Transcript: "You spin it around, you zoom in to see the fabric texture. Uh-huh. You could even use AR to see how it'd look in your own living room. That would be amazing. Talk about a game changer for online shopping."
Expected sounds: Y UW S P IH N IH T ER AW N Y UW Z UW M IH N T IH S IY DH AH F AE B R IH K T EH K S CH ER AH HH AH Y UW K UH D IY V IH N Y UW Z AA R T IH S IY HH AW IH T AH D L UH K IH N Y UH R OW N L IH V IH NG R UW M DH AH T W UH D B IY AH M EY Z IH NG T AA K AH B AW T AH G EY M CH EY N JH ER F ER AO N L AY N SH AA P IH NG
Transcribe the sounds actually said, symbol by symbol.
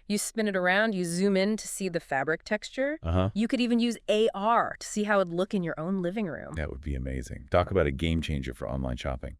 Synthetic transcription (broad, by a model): Y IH S P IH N IH T ER AW N Y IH Z UW M IH N T IH S IY DH AH F AE B R IH K T EH K S CH ER AH HH AH Y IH K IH D IY V IH N Y UW Z AA R T IH S IY HH AW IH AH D L UH K IH N Y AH R OW N L IH V IH NG R UW M DH AH T W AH D B IY AH M EY Z IH NG T AA K AH B AW T AH G EY M CH EY N JH ER F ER AO N L AY N SH AA P IH NG